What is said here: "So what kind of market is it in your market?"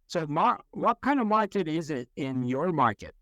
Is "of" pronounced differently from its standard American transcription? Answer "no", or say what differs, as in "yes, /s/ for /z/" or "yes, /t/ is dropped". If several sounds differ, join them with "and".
no